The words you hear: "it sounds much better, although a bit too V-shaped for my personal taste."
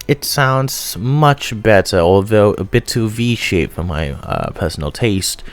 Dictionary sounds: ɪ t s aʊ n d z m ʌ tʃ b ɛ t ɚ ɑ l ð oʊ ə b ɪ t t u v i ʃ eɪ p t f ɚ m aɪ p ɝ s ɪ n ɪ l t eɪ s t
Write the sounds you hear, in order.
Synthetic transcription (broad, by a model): ɪ t s aʊ n d z m ʌ tʃ b ɛ t ɚ ɑ l ð oʊ ə b ɪ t t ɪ v i ʃ eɪ t f ɚ m aɪ p ɝ s n l t eɪ s t